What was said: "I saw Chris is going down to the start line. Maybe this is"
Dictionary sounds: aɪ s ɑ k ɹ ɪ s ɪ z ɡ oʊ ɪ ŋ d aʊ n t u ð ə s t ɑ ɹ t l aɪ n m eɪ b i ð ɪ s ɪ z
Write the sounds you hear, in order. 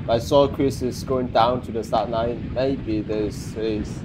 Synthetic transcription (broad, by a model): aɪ s ɑ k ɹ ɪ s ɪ s ɡ oʊ ɪ ŋ d aʊ n t u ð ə s t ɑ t n aɪ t m eɪ b i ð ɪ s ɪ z